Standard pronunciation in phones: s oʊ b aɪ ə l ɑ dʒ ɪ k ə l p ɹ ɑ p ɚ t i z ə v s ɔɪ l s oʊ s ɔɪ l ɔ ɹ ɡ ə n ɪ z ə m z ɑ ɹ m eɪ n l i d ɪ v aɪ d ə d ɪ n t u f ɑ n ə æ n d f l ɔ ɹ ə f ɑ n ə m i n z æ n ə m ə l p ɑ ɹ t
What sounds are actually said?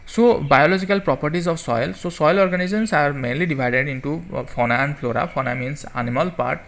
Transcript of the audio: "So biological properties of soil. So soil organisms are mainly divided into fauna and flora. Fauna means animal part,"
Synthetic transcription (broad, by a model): s oʊ b aɪ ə l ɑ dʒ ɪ k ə l p ɹ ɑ p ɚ t i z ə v s ɔɪ l s oʊ s ɔɪ l ɔ ɹ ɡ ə n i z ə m s ɑ ɹ m eɪ n l i d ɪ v aɪ d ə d ɪ n t u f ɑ n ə n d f l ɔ ɹ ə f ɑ n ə m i n s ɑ n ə m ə l p ɑ ɹ t